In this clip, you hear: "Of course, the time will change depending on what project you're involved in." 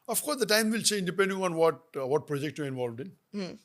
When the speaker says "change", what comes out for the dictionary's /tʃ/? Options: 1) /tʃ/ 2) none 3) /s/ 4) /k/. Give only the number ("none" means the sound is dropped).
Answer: 3